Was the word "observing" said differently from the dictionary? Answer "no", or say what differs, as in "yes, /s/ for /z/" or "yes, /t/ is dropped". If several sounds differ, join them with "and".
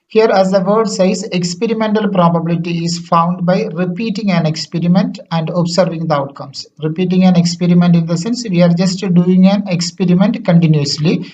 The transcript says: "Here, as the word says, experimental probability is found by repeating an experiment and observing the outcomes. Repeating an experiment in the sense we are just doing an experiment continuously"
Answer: yes, /s/ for /z/